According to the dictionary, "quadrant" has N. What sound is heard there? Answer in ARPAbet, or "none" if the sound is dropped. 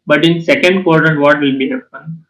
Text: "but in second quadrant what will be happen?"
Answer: none